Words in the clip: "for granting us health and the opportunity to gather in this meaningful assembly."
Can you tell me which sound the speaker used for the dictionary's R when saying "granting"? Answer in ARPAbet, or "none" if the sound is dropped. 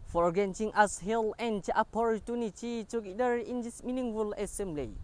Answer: none